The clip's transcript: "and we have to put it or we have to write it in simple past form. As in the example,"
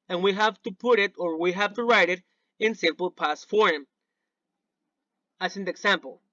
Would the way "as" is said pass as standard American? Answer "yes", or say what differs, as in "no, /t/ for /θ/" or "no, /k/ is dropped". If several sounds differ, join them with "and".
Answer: no, /s/ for /z/